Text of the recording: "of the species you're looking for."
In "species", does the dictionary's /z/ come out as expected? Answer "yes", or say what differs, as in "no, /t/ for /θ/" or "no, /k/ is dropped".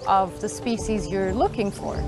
yes